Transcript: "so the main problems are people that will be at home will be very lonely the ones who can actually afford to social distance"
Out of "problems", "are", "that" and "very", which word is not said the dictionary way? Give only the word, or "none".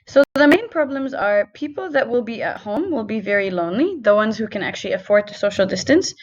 none